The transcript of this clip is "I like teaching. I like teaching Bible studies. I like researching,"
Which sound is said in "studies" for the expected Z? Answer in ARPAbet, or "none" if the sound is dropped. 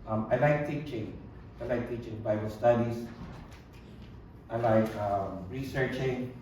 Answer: S